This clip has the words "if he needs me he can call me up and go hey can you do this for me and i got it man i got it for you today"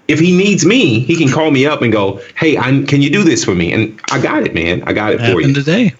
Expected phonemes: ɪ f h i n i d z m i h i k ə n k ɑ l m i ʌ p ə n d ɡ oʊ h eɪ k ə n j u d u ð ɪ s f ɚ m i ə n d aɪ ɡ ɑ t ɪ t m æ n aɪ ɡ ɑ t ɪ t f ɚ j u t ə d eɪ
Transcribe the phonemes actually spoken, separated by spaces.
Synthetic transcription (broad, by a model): ɪ f h i n i d z m i h i k ə n k ɑ l m i ʌ p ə n ɡ oʊ h eɪ k ə n j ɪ d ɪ ð ɪ s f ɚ m i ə n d aɪ ɡ ɑ t ɪ t m æ n aɪ ɡ ɑ t ɪ t f ɚ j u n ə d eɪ